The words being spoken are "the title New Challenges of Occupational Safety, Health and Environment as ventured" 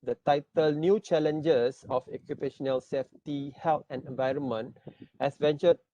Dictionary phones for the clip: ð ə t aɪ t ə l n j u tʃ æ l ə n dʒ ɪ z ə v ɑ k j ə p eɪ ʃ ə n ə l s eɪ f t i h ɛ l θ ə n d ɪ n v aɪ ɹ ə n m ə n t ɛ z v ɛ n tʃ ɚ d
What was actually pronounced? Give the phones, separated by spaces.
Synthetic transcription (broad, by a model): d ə t aɪ t ə l n j u tʃ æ l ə n dʒ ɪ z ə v ɑ k j ə p eɪ ʃ ə n ə l s eɪ f t i h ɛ l t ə n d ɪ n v aɪ ɹ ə n m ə n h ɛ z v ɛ n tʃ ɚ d